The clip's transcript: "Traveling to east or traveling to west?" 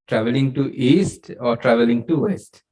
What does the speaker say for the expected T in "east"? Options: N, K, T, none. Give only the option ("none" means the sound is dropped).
T